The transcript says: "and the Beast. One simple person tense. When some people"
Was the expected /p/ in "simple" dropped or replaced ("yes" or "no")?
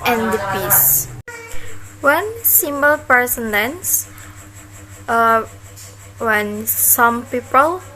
yes